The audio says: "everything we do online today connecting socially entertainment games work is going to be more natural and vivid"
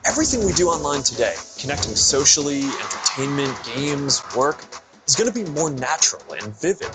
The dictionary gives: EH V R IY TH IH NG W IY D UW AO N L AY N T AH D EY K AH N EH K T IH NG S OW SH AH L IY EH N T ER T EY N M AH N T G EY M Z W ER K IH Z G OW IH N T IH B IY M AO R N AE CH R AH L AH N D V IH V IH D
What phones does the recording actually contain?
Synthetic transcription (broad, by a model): EH V R IY TH IH NG W IY D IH AO N L AY N T AH D EY K AH N EH K T IH NG S OW SH L IY EH N T ER T EY N M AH N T G EY M Z W ER K IH Z G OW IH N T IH B IY M AO R N AE CH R L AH N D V IH V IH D